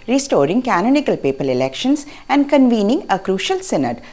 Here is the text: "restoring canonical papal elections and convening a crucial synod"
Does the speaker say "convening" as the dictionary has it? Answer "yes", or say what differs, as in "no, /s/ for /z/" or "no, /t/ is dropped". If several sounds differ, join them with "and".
yes